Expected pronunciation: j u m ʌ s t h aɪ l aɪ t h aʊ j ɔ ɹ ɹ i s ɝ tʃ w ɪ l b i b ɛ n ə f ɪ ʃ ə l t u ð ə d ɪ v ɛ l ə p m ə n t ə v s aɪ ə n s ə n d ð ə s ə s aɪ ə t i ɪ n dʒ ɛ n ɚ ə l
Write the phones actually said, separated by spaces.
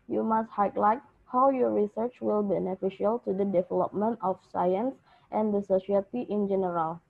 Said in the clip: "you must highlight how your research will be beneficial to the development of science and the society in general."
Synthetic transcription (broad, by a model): j u m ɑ s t h aɪ l aɪ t h aʊ j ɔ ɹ ɹ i s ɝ tʃ w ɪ l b b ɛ n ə f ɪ ʃ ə l t u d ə d ɪ v ɛ l ə p m ə n t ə f s aɪ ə n s ə n d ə s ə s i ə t i ɪ n dʒ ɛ n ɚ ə l